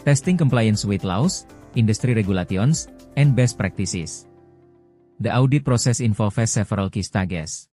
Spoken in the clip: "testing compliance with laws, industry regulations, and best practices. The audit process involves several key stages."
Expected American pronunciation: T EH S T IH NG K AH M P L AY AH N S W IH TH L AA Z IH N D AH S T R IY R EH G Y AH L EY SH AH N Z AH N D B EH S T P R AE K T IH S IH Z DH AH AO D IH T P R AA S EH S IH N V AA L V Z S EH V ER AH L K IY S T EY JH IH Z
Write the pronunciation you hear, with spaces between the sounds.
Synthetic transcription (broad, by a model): T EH S T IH NG K AH M P L AY AH N S W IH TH L AA S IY N D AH S T R IY R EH G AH L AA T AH N S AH N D B EH S T P R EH K T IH S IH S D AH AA D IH T P R AA S EH S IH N F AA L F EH S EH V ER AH L K IY S T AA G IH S